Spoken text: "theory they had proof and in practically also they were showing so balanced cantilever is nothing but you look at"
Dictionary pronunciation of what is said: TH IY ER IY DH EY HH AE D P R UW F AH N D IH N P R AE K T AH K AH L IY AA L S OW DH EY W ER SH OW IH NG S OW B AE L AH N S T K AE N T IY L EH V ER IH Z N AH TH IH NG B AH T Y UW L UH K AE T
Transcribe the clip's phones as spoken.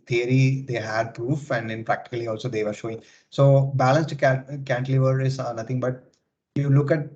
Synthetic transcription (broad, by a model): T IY ER IY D EY HH AE D P R UW F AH N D IH N P R AE K T AH K AH L IY AA L S OW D EY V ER SH OW IH NG S OW B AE L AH N S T K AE N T L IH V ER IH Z N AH T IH NG B AH T Y UW L UH K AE T